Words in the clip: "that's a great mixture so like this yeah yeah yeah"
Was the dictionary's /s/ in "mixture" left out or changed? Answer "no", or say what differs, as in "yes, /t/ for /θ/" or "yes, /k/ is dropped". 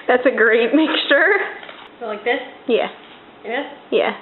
no